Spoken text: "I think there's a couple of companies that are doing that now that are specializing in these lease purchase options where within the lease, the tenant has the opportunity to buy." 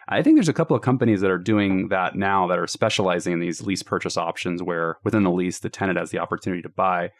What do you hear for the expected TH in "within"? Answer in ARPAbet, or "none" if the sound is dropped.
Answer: TH